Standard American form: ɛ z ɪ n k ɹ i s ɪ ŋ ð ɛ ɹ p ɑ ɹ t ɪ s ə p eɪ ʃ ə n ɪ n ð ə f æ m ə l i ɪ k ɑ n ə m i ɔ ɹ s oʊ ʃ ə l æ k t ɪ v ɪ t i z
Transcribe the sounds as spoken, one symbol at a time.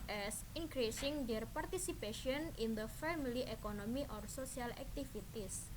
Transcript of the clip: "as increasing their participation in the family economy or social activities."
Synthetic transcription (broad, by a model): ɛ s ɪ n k ɹ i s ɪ ŋ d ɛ ɹ p ɑ ɹ t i s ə p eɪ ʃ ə n ɪ n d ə f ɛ m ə l i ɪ k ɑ n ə m i ɔ ɹ s oʊ s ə l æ k t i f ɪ t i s